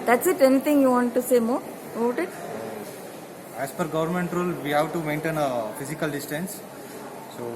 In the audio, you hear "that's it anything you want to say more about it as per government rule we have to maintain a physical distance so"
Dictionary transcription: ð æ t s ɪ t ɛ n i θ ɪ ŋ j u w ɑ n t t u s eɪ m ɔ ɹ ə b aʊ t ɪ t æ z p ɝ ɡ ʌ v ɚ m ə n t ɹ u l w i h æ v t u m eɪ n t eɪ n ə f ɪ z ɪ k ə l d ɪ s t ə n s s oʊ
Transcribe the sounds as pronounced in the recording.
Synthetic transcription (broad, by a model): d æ t s ɪ t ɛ n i t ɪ ŋ j u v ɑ n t t u s eɪ m ɔ ɹ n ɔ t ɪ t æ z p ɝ ɡ ʌ v ɚ m ə n t ɹ u l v i h æ v t u m eɪ n t eɪ n ə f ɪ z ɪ k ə l d ɪ s t ə n s s oʊ